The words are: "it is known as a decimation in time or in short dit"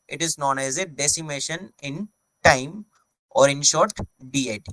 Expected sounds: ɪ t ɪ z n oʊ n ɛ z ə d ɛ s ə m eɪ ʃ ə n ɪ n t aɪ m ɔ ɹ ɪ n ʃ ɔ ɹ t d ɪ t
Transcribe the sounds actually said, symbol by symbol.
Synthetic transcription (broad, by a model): ɪ t ɪ z n oʊ n ɛ z ə d ɛ s ə m eɪ ʃ ə n ɪ n t aɪ m ɔ ɹ ɪ n ʃ ɔ ɹ t d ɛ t